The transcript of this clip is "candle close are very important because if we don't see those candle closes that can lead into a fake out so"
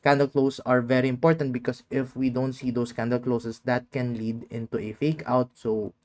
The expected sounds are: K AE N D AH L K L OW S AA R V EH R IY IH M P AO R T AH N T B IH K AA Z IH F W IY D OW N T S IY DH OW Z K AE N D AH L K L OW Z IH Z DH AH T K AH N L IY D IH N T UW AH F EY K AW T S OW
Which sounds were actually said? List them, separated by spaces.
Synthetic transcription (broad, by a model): K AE N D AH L K L OW S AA R V EH R IY IH M P AO R T AH N T B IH K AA S IH F W IY D OW N T S IY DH OW S K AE N D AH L K L OW S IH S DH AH T K AH N L IY D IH N T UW AH F EY K AW T S OW